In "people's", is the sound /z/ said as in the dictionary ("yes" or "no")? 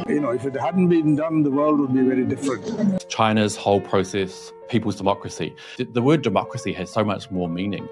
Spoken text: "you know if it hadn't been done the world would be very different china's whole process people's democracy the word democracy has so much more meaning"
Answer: yes